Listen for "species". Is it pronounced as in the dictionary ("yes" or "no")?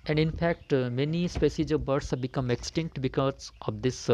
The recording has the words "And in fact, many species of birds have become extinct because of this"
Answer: no